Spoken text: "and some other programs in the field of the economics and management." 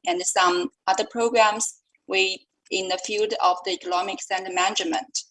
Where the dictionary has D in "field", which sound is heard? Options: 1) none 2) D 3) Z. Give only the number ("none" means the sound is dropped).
2